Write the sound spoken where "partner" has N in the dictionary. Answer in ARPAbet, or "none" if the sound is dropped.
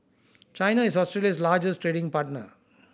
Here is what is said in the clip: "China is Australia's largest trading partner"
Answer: N